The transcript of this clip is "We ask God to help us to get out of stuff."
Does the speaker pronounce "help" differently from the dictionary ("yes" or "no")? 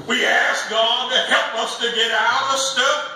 no